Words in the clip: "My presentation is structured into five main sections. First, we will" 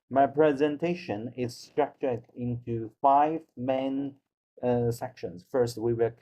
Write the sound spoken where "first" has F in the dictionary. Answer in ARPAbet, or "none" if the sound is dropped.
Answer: F